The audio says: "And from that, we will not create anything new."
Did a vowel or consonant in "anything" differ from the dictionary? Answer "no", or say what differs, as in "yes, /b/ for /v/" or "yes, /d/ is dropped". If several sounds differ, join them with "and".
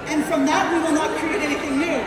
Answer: no